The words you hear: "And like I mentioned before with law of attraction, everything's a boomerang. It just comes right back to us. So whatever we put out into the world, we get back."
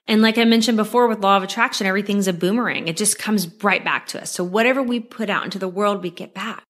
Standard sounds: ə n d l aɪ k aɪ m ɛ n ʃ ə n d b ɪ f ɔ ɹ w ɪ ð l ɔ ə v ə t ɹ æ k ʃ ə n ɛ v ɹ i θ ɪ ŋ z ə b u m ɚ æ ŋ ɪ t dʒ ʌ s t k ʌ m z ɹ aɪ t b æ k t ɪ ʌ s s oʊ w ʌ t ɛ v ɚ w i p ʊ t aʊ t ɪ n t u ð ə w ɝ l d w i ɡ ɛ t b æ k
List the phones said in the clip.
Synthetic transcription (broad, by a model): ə n l aɪ k aɪ m ɛ n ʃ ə n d b ɪ f ɔ ɹ w ɪ ð l ɔ ə v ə t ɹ æ k ʃ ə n ɛ v ɹ i θ ɪ ŋ z ə b u m ɚ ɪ ŋ ɪ t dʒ ʌ s k ʌ m z ɹ aɪ t b æ k t ɪ ʌ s s oʊ w ʌ t ɛ v ɚ w i p ʊ t aʊ t ɪ n t u ð ə w ɝ l d w i ɡ ɛ t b æ k